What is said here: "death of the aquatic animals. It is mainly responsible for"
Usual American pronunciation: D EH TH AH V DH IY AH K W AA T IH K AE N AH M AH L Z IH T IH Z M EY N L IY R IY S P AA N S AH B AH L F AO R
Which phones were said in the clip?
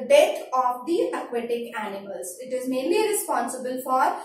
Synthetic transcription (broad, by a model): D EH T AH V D IY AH K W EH T IH K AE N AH M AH L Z IH T IH Z M EY N L IY R IY S P AA N S AH B AH L F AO R